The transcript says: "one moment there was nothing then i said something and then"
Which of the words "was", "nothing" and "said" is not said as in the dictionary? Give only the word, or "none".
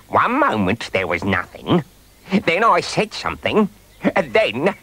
none